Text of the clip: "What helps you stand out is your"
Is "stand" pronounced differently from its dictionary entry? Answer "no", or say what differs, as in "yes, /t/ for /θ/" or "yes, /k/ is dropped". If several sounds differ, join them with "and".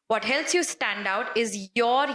no